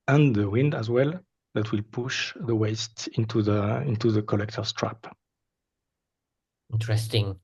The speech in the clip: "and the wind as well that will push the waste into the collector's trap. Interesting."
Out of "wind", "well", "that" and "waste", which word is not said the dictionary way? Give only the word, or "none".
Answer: none